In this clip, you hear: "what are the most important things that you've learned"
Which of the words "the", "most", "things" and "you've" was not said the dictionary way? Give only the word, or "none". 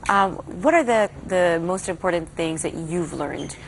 none